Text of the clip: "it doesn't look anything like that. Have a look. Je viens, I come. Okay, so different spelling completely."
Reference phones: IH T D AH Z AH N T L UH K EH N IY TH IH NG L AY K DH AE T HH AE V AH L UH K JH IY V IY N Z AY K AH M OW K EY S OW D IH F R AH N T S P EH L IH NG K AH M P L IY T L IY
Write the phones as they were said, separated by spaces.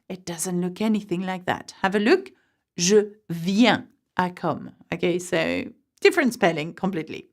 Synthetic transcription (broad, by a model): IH T D AH Z AH N T L UH K EH N IY TH IH NG L AY K DH AE T HH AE V AH L UH K ZH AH V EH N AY K AH M OW K EY S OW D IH F R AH N S P EH L IH NG K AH M P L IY T L IY